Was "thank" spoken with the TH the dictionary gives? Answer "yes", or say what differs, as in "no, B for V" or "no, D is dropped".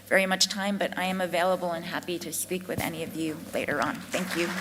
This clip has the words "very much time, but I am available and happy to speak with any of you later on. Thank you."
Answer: yes